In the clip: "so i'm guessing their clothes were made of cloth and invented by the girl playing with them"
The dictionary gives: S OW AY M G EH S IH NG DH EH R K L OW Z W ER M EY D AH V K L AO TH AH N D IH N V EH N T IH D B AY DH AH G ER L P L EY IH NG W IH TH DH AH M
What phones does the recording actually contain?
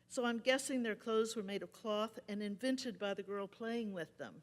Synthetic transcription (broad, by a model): S OW AY M G EH S IH NG DH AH R K L OW Z W ER M EY D AH V K L AO TH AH N IH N V EH N T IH D B AY DH AH G ER L P L EY IH NG W IH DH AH M